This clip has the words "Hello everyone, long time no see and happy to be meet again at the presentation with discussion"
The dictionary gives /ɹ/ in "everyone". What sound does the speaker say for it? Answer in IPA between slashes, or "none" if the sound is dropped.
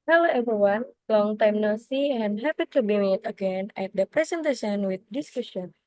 none